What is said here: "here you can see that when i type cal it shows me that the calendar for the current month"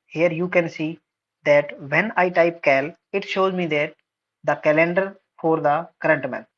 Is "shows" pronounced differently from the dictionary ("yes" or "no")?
no